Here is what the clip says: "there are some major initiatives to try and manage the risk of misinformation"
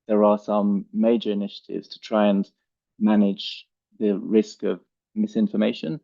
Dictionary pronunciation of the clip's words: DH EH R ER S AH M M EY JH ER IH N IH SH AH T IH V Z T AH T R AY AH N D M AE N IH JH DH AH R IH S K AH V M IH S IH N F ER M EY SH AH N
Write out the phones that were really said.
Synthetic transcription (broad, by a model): DH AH R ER S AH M M EY JH ER IH N IH SH AH T IH V Z T AH T R AY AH N M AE N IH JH DH AH R IH S K AH V M IH S IH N F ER M EY SH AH N